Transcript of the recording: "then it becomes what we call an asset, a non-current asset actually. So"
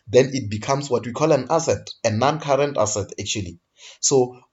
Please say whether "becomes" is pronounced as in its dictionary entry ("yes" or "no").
no